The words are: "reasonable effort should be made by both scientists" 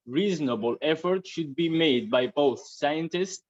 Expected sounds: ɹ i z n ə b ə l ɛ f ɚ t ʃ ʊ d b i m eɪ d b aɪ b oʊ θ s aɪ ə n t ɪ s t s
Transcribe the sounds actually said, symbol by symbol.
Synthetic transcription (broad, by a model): ɹ i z n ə b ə l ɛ f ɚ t ʃ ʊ d b i m eɪ d b aɪ b oʊ θ s aɪ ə n t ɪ s t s